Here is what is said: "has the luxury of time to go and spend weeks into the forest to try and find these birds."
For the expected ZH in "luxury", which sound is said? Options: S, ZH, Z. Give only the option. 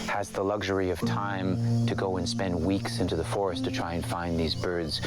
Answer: ZH